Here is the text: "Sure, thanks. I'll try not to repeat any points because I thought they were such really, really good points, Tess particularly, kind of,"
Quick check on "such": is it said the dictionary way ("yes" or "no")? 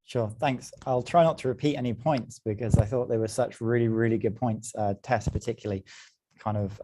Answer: yes